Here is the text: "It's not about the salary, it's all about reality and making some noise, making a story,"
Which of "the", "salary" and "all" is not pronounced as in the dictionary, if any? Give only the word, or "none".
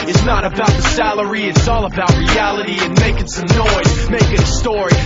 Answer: none